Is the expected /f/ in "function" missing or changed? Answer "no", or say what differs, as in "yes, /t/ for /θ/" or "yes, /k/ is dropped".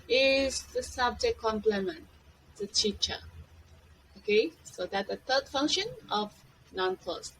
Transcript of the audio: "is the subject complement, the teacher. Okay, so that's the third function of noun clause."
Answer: no